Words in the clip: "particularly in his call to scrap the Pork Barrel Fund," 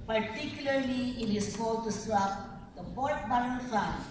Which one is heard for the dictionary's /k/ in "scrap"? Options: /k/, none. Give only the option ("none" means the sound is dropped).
none